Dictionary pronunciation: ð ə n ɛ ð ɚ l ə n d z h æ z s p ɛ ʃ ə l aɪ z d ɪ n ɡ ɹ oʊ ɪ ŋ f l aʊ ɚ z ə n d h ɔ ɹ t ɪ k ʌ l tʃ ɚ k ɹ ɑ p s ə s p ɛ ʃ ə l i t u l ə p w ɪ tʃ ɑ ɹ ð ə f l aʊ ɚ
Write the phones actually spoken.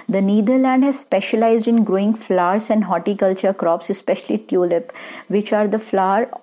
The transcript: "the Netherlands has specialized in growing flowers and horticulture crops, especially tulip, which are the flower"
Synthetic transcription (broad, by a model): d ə n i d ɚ l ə n d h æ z s p ɛ ʃ ə l aɪ z d ɪ n ɡ ɹ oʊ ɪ ŋ f l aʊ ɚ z ə n d h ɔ t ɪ k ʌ l tʃ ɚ k ɹ ɑ p s ə s p ɛ ʃ ə l i t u l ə p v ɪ tʃ ɑ ɹ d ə f l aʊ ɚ